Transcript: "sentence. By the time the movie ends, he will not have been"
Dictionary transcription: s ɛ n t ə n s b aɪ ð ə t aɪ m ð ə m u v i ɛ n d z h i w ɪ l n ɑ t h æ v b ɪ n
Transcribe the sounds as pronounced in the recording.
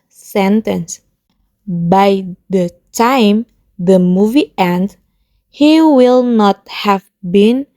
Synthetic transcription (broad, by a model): s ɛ n t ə n s b aɪ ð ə t aɪ m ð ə m u v i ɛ n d h i w ɪ l n ɑ t h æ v b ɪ n